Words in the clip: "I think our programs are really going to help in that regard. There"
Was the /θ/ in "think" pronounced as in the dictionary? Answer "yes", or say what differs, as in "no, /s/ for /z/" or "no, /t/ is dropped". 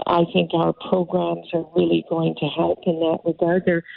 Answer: yes